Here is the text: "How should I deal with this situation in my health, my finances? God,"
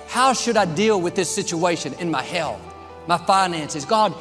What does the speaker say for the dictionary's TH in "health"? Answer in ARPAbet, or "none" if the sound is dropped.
TH